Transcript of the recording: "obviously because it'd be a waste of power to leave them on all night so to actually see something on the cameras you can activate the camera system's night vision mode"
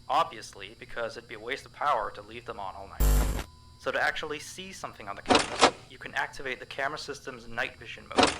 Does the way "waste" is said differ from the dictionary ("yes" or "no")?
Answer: no